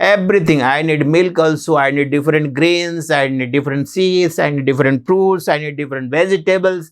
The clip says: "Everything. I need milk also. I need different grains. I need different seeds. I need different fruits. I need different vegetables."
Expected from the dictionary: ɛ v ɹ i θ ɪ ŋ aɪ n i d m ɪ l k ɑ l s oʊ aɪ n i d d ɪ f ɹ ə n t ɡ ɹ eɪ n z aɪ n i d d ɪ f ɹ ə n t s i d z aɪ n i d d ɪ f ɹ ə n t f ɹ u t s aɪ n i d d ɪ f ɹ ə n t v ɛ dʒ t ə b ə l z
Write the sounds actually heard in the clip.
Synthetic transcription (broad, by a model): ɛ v ɹ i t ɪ ŋ aɪ n i d m ɪ l k ɑ l s oʊ aɪ n i d d ɪ f ɹ ə n t ɡ ɹ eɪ n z aɪ n i d d ɪ f ɹ ə n t s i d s aɪ n i d d ɪ f ɹ ə n t p ɹ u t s aɪ n i d d ɪ f ɹ ə n t v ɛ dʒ t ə b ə l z